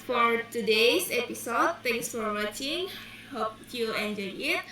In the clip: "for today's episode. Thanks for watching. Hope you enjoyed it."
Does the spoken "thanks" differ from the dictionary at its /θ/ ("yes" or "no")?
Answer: yes